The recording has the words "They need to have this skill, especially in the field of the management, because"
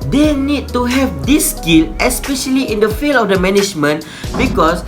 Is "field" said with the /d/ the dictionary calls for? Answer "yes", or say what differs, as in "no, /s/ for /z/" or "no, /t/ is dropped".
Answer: no, /d/ is dropped